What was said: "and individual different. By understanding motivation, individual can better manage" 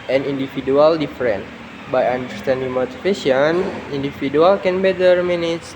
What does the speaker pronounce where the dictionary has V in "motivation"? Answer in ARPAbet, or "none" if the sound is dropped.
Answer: F